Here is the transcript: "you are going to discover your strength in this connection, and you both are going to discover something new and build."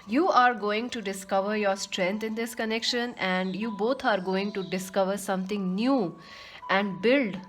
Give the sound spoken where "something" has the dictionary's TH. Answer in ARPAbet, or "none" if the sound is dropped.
T